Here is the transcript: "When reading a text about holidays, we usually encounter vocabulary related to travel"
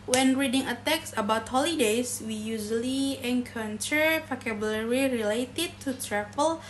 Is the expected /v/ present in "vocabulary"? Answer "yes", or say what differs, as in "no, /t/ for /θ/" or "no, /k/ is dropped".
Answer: no, /p/ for /v/